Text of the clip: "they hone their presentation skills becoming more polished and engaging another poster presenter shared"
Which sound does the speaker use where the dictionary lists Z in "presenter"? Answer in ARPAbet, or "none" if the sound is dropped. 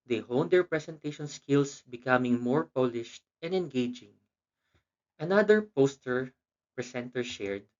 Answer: S